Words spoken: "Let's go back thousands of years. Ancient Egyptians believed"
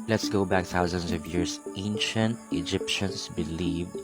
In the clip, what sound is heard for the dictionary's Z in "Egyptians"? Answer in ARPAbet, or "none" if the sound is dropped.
S